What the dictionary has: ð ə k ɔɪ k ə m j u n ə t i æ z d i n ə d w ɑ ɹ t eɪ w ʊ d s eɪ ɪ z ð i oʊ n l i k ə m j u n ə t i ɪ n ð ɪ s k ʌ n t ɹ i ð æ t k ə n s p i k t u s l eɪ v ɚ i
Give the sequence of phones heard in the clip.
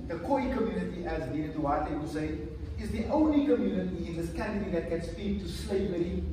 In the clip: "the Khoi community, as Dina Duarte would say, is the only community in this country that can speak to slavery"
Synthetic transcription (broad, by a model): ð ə k ɔɪ k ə m j u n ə t i æ z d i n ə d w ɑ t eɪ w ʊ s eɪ ɪ z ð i oʊ n l i k ə m j u n ə t i ɪ n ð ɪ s k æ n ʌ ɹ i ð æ t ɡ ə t s f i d t u s l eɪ v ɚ i